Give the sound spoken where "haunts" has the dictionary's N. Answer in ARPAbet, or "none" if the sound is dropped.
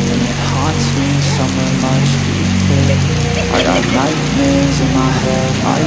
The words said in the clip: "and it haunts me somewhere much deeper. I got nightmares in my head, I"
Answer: none